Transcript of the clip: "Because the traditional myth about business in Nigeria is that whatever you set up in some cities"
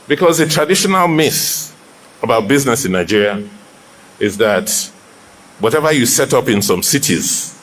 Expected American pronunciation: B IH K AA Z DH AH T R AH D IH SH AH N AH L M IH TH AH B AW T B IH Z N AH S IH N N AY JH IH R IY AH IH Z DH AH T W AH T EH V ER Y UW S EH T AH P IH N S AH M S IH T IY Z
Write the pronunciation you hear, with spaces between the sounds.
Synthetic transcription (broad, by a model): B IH K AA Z DH AH T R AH D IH SH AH N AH L M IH S AH B AW T B IH Z N AH S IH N N AY JH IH R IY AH IH Z DH AH T W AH T EH V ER Y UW S EH T AH P IH N S AH M S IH T IY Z